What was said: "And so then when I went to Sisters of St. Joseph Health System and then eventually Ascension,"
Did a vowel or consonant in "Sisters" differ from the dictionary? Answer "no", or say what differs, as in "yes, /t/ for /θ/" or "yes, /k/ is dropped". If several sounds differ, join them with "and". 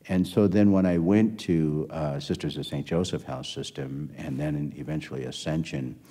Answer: no